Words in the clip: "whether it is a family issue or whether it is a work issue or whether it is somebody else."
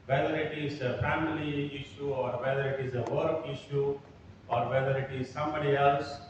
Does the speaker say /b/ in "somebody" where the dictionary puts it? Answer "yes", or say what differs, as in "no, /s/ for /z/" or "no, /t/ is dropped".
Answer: yes